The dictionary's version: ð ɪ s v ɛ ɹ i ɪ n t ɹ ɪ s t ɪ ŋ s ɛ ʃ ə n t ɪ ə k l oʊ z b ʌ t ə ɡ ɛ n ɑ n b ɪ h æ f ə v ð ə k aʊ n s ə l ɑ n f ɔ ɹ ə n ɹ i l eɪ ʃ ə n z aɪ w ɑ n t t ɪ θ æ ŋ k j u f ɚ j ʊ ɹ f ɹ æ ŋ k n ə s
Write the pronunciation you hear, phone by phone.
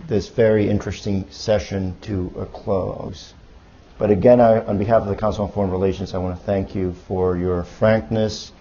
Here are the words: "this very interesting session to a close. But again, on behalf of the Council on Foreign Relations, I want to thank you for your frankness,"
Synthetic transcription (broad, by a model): ð ɪ s v ɛ ɹ i ɪ n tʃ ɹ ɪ s t ɪ ŋ s ɛ ʃ ə n t ɪ ə k l oʊ z b ʌ t ə ɡ ɛ n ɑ n b ɪ h æ f ə v ð ə k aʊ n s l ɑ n f ɔ ɹ ə n ɹ i l eɪ ʃ ə n z aɪ w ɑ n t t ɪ θ æ ŋ k j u f ɚ j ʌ ɹ f ɹ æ ŋ k n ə s